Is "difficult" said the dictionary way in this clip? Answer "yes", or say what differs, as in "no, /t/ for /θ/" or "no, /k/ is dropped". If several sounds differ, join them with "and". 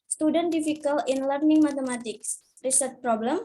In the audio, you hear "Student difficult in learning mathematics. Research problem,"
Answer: no, /t/ is dropped